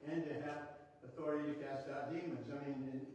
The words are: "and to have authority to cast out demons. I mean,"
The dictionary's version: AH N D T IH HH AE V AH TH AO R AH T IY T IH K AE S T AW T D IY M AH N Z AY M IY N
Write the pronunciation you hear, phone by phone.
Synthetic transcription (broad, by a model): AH N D T IH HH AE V AH TH AO R AH T IY T IH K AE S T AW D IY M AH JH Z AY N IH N